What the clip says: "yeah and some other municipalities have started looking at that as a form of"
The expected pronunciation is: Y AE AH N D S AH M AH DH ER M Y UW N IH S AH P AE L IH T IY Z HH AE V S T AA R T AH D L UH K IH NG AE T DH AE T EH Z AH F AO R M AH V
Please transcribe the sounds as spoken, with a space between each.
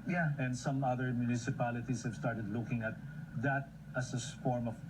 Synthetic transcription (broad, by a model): Y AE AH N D S AH M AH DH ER M Y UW N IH S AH P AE L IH T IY S HH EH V S T AA R T AH D L UH K IH NG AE T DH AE T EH S AH F AO R M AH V